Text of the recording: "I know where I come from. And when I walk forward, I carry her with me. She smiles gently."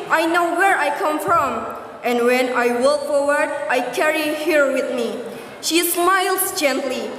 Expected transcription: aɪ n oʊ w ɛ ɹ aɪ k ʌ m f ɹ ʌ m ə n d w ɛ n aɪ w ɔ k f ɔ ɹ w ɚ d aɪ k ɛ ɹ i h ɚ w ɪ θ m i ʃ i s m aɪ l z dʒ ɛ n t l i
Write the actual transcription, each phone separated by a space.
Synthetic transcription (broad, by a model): aɪ n oʊ w ɛ ɹ aɪ k ʌ m f ɹ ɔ m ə n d w ɛ n aɪ w ɔ k f ɔ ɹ w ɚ d aɪ k ɛ ɹ i h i w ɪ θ m i ʃ i s m aɪ l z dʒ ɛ n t l i